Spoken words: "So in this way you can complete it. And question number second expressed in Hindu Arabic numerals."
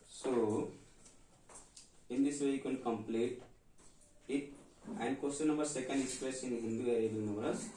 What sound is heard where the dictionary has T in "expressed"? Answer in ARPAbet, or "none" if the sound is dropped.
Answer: none